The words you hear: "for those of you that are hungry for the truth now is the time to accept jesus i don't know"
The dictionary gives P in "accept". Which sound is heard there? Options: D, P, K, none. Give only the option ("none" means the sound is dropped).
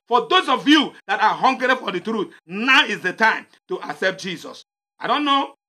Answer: P